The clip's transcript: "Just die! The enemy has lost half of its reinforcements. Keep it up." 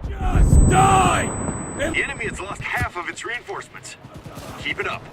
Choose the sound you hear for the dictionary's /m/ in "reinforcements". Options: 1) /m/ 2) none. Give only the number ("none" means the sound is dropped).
1